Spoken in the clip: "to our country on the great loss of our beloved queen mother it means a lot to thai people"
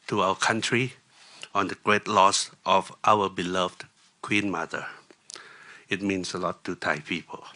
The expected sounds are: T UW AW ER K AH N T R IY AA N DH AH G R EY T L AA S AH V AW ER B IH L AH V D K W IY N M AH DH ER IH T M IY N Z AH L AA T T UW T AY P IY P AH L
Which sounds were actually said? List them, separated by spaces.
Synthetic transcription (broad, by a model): T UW AW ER K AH N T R IY AA N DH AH G R EY T L AA S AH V AW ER B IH L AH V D K W IY N M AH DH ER IH T M IY N S AH L AA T T UW T AY P IY P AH L